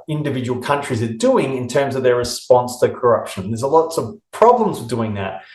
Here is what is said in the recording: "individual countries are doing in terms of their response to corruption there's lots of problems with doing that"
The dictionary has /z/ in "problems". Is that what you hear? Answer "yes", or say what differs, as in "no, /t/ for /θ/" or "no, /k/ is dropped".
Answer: yes